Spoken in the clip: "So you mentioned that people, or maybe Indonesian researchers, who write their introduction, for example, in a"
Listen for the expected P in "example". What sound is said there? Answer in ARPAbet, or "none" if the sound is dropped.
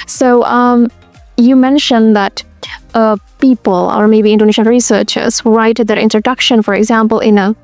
P